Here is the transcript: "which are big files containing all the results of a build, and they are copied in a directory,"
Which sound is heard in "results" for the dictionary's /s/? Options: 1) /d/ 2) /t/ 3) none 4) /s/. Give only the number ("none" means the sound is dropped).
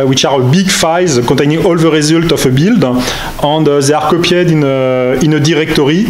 3